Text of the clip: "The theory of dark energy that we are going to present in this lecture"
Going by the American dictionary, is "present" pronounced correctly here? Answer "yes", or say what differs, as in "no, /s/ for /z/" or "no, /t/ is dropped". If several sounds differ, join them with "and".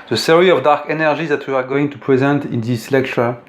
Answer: yes